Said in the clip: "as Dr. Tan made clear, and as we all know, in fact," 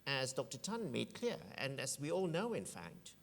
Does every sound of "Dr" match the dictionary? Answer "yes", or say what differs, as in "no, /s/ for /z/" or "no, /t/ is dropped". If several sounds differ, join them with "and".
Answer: yes